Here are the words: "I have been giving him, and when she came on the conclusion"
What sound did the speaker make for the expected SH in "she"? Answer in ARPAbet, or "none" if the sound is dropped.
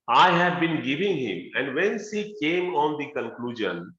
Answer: S